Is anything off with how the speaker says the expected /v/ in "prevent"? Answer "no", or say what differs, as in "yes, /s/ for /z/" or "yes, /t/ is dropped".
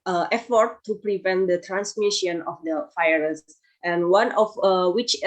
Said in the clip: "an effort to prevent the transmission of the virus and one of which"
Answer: no